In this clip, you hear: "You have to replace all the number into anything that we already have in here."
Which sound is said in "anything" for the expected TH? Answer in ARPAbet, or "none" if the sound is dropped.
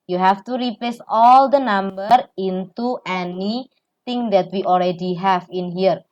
T